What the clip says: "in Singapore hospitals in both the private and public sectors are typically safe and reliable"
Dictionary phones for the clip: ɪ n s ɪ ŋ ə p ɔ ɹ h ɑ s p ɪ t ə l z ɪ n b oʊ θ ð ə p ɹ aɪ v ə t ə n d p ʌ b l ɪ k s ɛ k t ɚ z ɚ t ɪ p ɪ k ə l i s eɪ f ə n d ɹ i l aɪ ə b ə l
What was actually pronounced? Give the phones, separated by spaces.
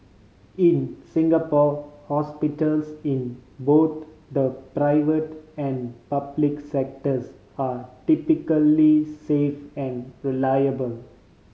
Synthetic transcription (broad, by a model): ɪ n s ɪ ŋ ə p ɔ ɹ h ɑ s p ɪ t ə l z ɪ n b oʊ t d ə p ɹ aɪ v ə t ə n d p ʌ b l ɪ k s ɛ k t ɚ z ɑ t ɪ p ɪ k ə l i s eɪ f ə n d ɹ i l aɪ ə b ə l